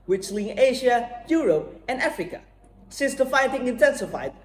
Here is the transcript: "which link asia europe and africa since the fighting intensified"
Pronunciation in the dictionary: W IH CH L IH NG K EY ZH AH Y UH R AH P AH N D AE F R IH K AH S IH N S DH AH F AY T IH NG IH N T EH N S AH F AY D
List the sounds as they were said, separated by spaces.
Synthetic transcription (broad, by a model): W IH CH L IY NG EY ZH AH Y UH R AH P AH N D AE F R IH K AH S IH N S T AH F AY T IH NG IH N T EH N S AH F AY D